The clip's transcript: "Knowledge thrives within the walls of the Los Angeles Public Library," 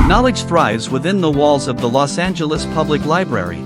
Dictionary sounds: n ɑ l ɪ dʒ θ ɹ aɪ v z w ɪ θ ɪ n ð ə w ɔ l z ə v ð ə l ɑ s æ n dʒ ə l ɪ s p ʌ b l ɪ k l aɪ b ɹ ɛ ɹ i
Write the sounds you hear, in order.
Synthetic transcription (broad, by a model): n ɑ l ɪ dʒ θ ɹ aɪ v z w ɪ θ ɪ n ð ə w ɔ l z ə v ð ə l ɑ s æ n dʒ ə l ɪ s p ʌ b l ɪ k l aɪ b ɹ ɛ ɹ i